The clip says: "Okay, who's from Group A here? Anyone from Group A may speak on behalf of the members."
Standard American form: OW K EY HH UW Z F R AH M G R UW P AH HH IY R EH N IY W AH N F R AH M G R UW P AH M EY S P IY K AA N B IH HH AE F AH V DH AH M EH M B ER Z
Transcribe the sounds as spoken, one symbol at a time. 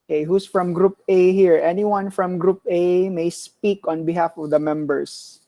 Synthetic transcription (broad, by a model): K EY HH UW S F R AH M G R UW P AH HH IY R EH N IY W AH N F R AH M G R UW P AH M EY S P IY K AA N B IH HH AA F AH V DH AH M EH M B ER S